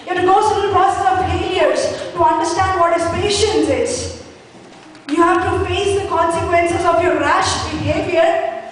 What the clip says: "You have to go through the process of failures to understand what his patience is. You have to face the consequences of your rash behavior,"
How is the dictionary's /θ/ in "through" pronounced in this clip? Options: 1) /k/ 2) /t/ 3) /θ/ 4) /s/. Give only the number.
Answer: 4